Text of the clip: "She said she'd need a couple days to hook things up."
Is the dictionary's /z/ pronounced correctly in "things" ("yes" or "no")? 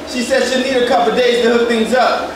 yes